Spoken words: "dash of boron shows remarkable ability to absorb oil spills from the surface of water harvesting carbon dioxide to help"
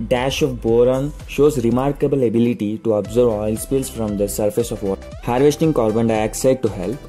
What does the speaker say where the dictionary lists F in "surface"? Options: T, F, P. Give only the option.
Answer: F